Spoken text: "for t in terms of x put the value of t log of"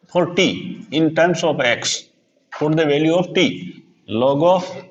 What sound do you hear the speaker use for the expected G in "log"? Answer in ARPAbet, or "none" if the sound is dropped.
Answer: G